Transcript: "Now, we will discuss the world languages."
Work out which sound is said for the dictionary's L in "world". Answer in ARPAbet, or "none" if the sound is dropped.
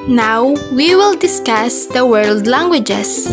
L